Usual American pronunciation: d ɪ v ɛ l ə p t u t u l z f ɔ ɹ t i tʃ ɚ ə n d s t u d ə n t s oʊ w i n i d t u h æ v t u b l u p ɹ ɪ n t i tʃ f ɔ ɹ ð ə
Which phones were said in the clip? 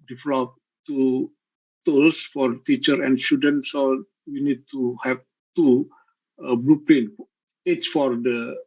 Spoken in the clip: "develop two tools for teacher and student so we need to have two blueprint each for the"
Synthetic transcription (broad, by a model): d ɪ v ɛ l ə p t u t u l s f ɔ ɹ t i tʃ ɚ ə n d s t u d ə n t s oʊ w i n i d t u h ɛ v t u b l u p l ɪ n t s f ɔ ɹ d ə